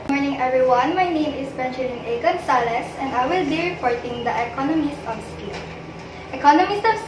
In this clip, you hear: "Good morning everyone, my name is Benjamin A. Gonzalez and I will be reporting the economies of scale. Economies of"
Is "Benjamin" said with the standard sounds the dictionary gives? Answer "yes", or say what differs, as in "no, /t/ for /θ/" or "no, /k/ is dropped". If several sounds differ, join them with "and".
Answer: no, /ʃ/ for /dʒ/